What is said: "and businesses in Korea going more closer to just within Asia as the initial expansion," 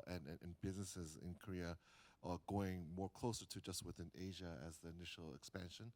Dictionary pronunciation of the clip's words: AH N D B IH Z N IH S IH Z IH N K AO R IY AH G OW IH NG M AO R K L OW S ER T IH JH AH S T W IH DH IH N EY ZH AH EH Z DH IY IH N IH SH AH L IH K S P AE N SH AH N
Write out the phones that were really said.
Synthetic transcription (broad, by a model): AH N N B IH Z N IH S IH Z IH N K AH R IY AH G OW IH NG M AO R K L OW S ER T IH JH AH S T W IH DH IH N EY ZH AH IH Z DH IY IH N IH SH L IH K S P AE N SH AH N